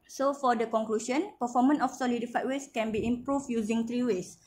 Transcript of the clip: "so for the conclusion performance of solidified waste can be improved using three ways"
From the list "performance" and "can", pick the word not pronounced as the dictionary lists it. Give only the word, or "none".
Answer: performance